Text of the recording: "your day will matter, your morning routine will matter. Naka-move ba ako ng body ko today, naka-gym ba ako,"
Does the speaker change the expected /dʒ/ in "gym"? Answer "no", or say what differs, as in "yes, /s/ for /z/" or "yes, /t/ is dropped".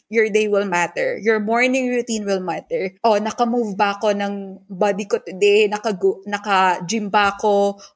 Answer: no